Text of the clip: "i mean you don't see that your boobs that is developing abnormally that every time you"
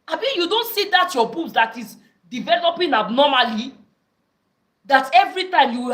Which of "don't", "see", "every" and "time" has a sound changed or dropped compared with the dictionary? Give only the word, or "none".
none